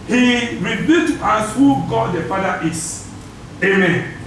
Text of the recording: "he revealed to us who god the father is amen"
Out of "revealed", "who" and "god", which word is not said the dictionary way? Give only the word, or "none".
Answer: revealed